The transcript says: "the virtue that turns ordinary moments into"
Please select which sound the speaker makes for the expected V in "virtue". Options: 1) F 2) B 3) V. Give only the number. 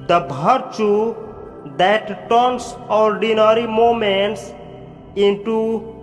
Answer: 2